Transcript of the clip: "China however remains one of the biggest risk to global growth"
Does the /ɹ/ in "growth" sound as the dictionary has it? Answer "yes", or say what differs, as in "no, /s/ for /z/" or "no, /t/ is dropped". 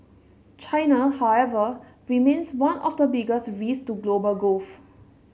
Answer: no, /ɹ/ is dropped